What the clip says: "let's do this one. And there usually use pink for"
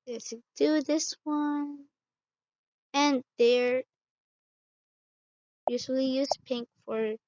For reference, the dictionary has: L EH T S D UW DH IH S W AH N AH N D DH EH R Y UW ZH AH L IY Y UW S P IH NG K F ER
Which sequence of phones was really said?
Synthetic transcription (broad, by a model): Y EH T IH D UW DH IH S W AH N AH N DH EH R Y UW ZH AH L IY Y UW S P IH NG K F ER